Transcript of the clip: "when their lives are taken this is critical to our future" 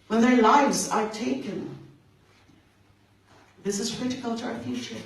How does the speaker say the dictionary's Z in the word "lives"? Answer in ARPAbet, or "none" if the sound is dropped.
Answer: Z